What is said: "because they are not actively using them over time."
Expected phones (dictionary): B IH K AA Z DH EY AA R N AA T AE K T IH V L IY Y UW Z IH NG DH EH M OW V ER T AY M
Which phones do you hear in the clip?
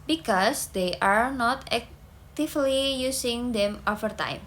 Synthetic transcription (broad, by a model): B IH K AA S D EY AA R N AA T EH K T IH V L IY Y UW S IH NG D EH M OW F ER T AY M